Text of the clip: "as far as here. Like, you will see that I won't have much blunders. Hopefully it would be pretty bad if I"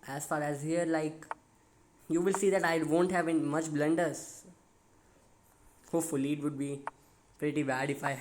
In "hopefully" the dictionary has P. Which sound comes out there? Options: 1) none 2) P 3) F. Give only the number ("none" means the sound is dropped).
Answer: 1